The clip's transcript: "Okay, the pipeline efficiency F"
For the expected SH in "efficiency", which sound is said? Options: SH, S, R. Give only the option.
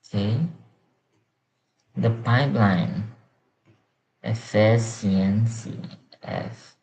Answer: S